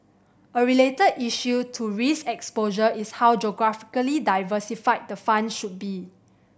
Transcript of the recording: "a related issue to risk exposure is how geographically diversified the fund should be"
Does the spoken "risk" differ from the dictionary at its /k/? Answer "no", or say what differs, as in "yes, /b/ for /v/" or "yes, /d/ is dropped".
yes, /k/ is dropped